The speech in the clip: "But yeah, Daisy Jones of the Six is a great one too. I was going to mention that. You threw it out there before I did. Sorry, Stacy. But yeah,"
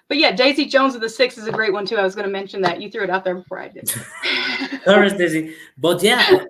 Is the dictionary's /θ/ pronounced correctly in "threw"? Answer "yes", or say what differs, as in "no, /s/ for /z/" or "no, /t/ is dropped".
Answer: yes